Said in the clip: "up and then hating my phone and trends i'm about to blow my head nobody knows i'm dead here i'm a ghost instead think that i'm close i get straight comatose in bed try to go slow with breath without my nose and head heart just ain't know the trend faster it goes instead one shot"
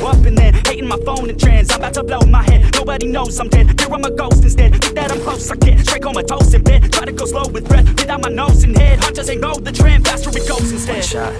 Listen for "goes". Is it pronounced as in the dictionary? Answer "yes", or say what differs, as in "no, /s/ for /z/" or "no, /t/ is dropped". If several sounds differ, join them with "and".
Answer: no, /s/ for /z/